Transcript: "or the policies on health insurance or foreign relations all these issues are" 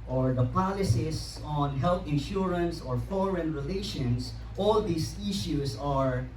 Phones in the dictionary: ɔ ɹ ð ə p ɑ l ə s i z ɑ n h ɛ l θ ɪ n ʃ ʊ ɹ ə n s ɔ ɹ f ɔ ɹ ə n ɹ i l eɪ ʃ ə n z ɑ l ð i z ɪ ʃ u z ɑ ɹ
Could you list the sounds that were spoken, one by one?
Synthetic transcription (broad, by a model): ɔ ɹ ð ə p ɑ l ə s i s ɑ n h ɛ l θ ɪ n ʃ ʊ ɹ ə n s ɔ ɹ f ɔ ɹ ə n ɹ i l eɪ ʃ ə n s ɑ l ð i s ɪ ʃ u s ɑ ɹ